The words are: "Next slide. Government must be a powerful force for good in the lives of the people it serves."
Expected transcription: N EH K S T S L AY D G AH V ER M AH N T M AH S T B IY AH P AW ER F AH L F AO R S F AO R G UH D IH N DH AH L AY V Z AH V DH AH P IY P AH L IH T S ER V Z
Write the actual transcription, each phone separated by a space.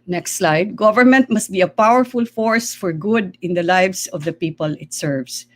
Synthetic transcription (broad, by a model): N EH K S T S L AY D G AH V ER M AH N T M AH S T B IY AH P AW ER F AH L F AO R S F AO R G UH D IH N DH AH L AY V S AH V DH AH P IY P AH L IH T S ER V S